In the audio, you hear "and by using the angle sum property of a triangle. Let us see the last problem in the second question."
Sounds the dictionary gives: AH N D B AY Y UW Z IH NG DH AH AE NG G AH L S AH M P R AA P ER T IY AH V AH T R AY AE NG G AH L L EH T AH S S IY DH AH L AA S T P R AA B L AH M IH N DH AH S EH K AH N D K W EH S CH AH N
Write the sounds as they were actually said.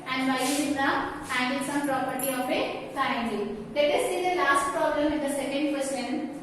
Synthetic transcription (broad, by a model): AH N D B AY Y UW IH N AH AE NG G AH N S AH M P R AA P ER T IY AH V AH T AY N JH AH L L EH T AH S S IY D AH L AA S T P R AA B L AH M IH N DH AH S EH K AH N D K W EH S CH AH N